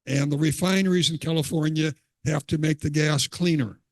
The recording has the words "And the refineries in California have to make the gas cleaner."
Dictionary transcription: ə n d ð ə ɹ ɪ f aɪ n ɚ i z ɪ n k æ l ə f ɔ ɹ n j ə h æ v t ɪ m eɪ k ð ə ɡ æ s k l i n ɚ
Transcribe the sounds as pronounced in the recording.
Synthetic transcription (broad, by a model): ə n ð ə ɹ ɪ f aɪ n ɚ i z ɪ n k æ l ə f ɔ ɹ n j ə h æ f t ɪ m eɪ k ð ə ɡ æ s k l i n ɚ